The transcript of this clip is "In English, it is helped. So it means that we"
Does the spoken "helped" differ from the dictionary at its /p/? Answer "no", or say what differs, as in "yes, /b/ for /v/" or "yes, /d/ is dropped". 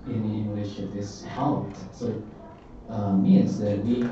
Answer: yes, /p/ is dropped